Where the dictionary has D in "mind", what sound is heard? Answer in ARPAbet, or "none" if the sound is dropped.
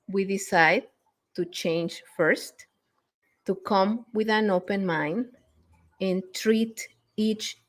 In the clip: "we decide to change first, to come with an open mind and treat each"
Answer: none